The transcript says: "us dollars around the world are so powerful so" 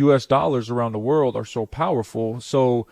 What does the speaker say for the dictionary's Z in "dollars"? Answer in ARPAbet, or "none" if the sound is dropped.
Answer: Z